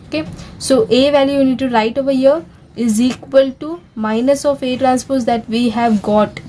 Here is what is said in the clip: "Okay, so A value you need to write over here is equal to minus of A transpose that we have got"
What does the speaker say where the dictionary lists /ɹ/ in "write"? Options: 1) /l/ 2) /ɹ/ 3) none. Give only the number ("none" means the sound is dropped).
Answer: 2